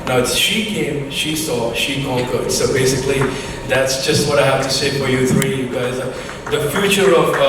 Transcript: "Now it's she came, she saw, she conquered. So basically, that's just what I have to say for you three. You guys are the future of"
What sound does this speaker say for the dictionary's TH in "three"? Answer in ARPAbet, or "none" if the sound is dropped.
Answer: TH